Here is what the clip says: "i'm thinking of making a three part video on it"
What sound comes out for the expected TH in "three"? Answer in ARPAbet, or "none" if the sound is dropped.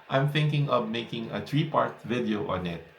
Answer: T